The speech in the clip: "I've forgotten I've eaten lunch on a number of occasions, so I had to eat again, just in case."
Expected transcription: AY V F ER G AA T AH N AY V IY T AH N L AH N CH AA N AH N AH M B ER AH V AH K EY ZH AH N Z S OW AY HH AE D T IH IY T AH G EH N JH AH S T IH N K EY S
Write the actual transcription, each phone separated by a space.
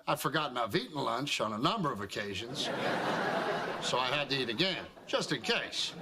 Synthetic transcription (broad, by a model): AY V F ER G AA T N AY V IY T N L AH N CH N AH N AH M B ER AH V AH K EY ZH AH N Z S OW AY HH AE D T IH IY T AH G EH N JH AH S T IH N K EY S